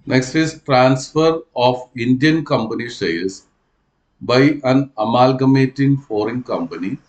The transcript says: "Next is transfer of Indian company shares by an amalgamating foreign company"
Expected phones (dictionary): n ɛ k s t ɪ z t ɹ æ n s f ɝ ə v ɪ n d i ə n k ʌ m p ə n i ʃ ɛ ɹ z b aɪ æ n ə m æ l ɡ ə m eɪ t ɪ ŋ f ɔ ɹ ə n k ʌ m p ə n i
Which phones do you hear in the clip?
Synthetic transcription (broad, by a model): n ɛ k s t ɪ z t ɹ æ n s f ɝ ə f ɪ n d i ə n k ʌ m p ə n i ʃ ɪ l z b aɪ æ n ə m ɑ l ɡ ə m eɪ t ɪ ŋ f ɔ ɹ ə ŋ k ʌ m p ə n i